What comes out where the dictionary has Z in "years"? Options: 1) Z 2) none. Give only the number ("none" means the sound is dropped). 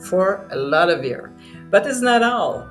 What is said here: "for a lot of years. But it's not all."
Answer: 2